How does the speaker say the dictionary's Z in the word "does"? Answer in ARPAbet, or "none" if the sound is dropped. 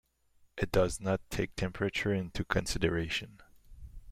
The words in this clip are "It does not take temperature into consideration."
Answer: Z